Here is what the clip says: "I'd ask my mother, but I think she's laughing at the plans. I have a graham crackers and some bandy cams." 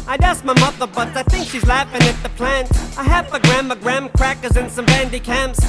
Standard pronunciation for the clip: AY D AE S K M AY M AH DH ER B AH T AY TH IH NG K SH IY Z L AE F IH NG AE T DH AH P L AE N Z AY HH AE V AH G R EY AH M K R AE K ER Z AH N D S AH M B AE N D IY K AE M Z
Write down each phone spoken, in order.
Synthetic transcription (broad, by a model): AY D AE S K M AY M AH DH ER B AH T AY TH IH NG K SH IY Z L AE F IH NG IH T DH AH P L AE N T AY HH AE P AH G R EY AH M K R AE K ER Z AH N S AH M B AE N D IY K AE M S